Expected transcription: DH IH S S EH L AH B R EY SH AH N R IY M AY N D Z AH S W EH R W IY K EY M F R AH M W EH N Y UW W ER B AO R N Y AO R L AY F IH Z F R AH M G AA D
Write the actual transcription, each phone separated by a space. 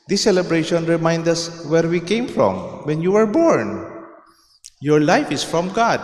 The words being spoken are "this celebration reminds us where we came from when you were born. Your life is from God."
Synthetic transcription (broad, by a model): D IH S S EH L AH B R EY SH AH N R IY M AY N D AH S W EH R W IY K EY M F R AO M W EH N Y UW W ER B AO R N Y AO R L AY F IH S F R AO M G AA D